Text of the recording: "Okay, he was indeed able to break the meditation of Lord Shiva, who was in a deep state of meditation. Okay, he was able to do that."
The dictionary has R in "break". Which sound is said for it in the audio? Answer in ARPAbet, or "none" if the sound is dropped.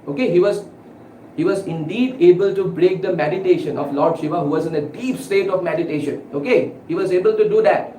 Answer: R